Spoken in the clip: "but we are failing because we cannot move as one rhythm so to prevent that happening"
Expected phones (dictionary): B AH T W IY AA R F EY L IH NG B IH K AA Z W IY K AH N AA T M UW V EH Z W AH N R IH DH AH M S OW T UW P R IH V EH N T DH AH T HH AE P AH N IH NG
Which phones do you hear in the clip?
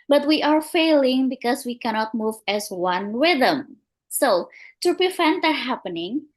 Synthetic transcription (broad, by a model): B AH T W IY AA R F EY L IH NG B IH K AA S W IY K AH N AA T M UW V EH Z W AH N W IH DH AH M S OW T UW P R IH F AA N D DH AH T HH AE P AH N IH NG